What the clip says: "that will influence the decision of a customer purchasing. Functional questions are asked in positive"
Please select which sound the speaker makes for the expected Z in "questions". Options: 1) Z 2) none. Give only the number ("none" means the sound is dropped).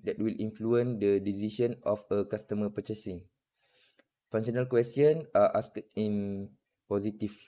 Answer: 2